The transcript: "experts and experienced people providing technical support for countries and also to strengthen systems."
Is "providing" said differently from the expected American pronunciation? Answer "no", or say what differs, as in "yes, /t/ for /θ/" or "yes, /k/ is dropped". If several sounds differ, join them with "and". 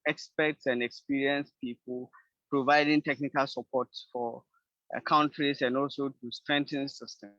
no